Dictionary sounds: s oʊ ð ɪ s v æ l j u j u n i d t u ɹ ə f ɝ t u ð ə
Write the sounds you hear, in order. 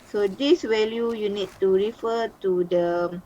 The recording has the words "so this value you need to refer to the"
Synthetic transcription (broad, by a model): s oʊ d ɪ s w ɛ l j u j u n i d t u ɹ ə f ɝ t u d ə